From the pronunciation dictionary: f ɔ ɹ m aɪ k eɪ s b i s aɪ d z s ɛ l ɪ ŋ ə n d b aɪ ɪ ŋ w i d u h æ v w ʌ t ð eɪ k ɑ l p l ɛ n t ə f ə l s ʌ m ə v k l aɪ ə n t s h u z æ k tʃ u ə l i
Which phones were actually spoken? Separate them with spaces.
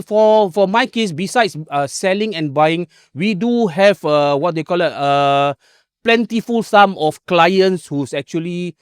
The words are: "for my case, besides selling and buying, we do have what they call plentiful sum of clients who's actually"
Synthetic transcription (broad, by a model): f ɔ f m aɪ k eɪ s b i s aɪ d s s ɛ l ɪ ŋ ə n b aɪ ɪ ŋ w i d u h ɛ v w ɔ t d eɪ k ɑ l p l ɛ n t ə f ə l s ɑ m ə f k l aɪ ə n t s h u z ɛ k tʃ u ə l i